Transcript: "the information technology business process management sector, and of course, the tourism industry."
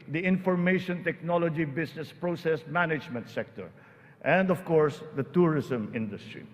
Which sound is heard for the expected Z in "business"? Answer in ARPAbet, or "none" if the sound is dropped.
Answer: S